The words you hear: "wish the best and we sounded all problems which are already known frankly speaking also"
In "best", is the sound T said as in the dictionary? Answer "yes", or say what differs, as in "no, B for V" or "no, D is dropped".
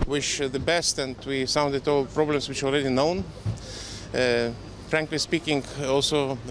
yes